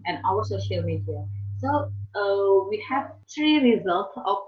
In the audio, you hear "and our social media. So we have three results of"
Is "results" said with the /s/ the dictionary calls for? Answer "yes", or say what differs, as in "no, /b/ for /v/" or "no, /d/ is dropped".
yes